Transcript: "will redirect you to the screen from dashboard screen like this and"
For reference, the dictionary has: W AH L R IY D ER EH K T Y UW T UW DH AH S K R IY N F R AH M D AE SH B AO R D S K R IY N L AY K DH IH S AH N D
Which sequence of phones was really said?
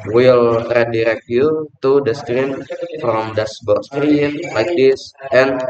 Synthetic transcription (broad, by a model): W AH L R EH D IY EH K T Y UW T UW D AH S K R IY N F R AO M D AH S B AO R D S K R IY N L AY K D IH S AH N